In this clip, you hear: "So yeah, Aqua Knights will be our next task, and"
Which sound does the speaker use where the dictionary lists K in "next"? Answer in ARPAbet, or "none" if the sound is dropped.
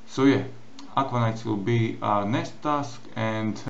none